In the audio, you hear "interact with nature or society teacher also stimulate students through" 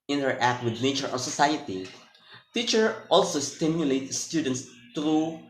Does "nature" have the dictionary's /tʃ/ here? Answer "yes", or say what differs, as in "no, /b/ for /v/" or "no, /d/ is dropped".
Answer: yes